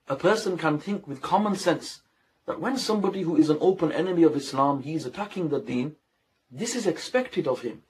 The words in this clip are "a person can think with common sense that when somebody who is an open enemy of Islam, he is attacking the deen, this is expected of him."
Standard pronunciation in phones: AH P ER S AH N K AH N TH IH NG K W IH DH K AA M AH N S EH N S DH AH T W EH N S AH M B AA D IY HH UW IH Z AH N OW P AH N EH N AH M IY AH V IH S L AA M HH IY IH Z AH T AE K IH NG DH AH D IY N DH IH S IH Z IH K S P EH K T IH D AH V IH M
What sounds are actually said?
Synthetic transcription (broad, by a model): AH P ER S AH N K AH N TH IH NG K W IH DH K AA M AH N S EH N S DH AH T W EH N S AH M B AA D IY HH UW IH Z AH N OW P AH N EH N AH M IY AH V IH S L AA M HH IY IH Z AH T AE K IH NG DH AH D IY N DH IH S IH Z IH K S P EH K T IH D AH V IH M